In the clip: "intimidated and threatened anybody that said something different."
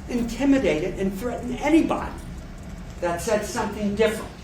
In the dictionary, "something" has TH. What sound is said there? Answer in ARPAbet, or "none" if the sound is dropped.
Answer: TH